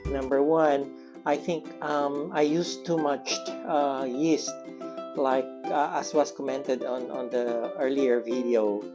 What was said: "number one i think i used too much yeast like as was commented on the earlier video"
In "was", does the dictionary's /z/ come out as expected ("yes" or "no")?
no